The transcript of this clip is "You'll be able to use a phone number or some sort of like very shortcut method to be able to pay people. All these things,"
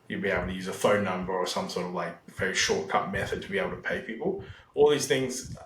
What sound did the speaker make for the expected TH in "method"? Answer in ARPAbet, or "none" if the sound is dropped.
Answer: TH